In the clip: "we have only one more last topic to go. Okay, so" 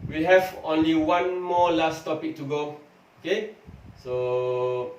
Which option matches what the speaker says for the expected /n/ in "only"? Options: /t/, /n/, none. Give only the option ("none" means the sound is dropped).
/n/